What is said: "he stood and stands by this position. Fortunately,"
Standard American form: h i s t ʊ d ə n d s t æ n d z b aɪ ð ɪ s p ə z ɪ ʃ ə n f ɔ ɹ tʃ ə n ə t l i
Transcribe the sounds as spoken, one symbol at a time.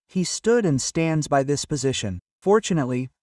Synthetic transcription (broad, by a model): h i s t ʊ d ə n s t æ n d z b aɪ ð ɪ s p ə z ɪ ʃ ə n f ɔ ɹ tʃ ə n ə t l i